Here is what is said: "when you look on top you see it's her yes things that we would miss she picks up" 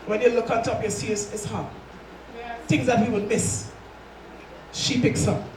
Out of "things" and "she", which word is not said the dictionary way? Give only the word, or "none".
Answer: none